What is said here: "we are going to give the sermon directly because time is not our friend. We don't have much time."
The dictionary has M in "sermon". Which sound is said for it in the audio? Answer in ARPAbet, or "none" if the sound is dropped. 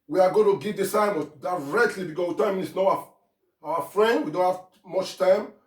none